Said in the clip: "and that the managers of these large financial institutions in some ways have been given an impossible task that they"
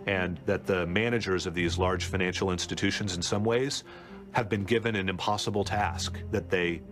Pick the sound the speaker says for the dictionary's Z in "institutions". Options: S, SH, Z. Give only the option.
Z